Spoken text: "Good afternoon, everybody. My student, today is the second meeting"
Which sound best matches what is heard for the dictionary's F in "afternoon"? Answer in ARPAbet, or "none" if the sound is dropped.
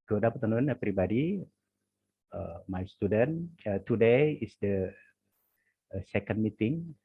P